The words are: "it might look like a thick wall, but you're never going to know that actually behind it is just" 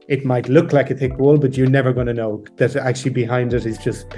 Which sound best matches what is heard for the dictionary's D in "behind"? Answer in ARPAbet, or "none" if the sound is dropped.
D